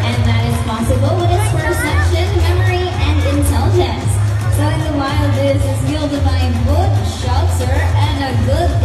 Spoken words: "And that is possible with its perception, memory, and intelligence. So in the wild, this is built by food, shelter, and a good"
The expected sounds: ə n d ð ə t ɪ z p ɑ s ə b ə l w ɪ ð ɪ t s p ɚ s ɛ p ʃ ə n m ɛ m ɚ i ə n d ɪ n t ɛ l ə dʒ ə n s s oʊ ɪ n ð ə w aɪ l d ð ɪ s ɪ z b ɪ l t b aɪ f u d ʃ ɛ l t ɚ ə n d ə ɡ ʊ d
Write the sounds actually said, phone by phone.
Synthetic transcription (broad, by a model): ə n ð ə t ɪ z p ɑ s ə b ə l w ɪ ð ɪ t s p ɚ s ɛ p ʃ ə n m ɛ m ɚ i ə n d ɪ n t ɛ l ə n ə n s s oʊ ɪ n ð ə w aɪ l ð ɪ s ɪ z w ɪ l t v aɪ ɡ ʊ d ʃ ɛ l s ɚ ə n ə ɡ ʊ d